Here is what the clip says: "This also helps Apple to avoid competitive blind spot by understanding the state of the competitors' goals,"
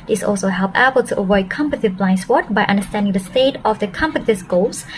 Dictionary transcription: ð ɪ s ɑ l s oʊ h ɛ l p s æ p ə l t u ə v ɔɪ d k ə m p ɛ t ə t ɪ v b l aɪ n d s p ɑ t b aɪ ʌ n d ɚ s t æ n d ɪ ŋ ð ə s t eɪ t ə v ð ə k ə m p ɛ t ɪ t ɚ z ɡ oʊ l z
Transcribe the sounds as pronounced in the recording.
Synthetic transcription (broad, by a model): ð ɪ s ɑ l s oʊ h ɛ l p æ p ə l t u ə v ɔɪ d k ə m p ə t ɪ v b l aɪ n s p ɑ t b aɪ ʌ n d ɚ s t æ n d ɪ ŋ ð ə s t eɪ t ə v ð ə k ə m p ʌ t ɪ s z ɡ oʊ l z